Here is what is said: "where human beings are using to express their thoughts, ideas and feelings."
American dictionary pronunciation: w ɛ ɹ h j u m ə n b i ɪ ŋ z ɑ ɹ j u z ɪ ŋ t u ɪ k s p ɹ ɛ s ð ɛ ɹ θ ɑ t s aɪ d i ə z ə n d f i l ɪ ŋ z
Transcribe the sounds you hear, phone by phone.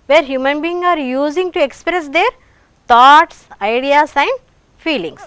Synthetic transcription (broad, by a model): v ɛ ɹ h j u m ə n b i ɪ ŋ ɑ ɹ j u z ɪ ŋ t u ɪ k s p ɹ ɛ s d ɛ ɹ t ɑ t s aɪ d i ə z ə n d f i l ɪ ŋ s